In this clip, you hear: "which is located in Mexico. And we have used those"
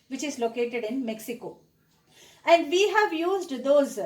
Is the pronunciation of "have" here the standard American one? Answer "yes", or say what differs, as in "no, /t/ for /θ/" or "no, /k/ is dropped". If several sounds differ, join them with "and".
yes